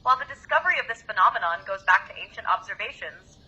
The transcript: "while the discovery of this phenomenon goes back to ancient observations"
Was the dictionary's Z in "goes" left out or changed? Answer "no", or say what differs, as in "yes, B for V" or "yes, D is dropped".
no